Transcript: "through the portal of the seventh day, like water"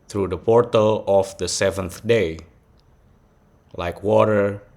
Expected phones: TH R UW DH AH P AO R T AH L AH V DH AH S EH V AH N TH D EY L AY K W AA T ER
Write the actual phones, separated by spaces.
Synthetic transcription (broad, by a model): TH R UW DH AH P AO R T AH L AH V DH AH S EH V AH N TH D EY L AY K W AA T ER